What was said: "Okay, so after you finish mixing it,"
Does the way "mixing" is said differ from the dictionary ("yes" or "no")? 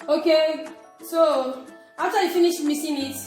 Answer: yes